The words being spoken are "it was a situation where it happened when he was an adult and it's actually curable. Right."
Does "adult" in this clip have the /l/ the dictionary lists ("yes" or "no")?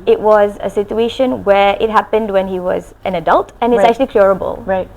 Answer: yes